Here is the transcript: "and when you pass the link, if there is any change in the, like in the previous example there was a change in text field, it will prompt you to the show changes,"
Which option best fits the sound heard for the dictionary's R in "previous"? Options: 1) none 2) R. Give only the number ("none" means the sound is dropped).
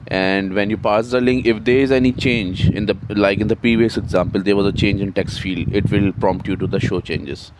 1